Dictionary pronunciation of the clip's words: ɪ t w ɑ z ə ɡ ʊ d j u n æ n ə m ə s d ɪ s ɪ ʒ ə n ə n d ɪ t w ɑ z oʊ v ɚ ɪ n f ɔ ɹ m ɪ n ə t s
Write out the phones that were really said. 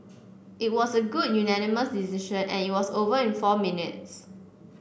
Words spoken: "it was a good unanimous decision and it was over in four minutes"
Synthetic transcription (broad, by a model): ɪ t w ɑ s ə ɡ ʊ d j u n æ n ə m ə s d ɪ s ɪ ʃ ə n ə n ɪ t w ɑ s oʊ v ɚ ɪ n f ɔ m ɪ n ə t s